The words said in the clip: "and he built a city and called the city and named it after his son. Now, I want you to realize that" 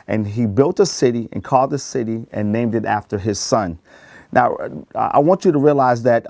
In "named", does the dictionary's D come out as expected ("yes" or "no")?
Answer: yes